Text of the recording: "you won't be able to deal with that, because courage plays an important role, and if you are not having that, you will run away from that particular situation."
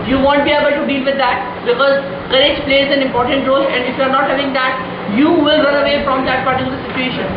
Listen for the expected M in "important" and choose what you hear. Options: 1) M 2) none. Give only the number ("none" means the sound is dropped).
1